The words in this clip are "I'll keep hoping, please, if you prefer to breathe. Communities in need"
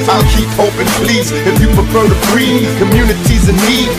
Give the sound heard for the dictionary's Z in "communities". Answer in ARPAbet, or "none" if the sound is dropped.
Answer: Z